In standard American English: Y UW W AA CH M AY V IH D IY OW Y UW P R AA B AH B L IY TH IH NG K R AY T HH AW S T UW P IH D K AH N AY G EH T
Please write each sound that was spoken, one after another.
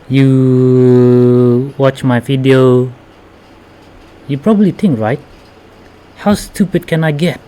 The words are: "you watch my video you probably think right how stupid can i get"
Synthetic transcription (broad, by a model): Y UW W AA CH M AY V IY D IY OW Y UW P R AA B AH B L IY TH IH NG K R AY T HH AW S T UW P IH D K AH N AY G EH T